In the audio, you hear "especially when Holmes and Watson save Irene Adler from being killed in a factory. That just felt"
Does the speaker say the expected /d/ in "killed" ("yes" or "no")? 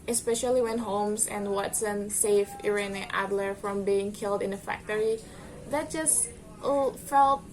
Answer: yes